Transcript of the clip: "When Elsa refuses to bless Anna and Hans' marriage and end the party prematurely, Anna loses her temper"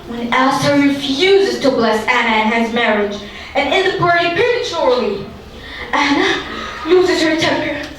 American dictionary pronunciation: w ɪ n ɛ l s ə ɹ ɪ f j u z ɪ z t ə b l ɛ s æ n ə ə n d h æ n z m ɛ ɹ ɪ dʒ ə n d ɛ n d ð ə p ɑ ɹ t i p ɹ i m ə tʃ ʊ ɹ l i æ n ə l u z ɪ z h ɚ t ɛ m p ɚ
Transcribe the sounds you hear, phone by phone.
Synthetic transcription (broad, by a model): w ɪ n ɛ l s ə ɹ ɪ f j u z ɪ z t ə b l ɛ s æ n ə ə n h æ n z m ɛ ɹ ɪ dʒ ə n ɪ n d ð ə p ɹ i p ɪ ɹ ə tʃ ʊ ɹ l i æ n ə l u z ɪ z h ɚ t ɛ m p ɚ